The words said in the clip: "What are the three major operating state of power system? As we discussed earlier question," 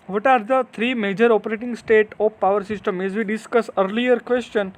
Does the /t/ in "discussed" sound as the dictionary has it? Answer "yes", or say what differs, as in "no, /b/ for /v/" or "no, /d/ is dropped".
no, /t/ is dropped